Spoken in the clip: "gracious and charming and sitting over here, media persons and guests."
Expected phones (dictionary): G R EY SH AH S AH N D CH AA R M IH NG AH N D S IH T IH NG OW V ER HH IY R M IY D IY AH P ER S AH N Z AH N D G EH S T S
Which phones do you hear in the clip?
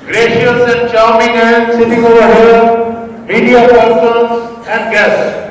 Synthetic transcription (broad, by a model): G R EY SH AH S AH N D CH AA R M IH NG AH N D S IH T IH NG OW V ER HH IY L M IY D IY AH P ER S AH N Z AH N D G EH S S